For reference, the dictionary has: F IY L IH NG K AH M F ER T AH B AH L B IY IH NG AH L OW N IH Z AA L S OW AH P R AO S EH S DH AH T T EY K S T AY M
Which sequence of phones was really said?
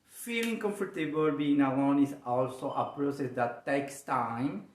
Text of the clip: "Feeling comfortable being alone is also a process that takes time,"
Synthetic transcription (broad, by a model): F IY L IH NG K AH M F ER T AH B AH L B IY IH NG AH OW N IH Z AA L S OW AH P R AO S EH S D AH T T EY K S T AY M